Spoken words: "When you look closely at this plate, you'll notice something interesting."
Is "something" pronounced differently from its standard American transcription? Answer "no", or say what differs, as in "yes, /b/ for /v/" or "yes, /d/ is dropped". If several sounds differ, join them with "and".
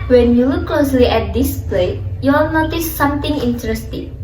yes, /t/ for /θ/